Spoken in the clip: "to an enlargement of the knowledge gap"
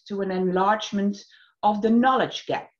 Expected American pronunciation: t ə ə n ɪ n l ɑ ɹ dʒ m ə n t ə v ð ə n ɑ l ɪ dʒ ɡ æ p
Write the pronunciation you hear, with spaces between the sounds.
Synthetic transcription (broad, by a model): t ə ə n ɪ n l ɑ ɹ dʒ m ə n t ə v ð ə n ɑ l ɪ dʒ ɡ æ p